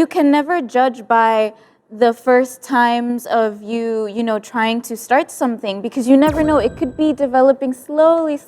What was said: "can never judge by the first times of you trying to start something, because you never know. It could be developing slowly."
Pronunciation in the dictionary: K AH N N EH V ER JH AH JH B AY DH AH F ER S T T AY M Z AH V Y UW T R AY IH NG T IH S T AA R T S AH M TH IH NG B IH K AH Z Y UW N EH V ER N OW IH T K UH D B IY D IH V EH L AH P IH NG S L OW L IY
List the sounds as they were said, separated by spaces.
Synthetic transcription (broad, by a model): K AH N N EH V ER JH AH JH B AY DH AH F ER S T T AY M Z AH V Y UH T R AY IH NG T IH S T AA R T S AH M TH IH NG B IH K AH Z Y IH N EH V ER N OW IH T K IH D B IY D IH V EH L AH P IH NG S L OW L IY